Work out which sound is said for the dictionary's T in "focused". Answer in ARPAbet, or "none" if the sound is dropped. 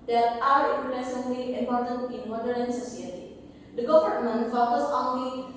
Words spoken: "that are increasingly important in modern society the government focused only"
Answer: none